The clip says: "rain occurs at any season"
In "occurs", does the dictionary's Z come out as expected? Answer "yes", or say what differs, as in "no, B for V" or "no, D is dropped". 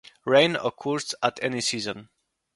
no, S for Z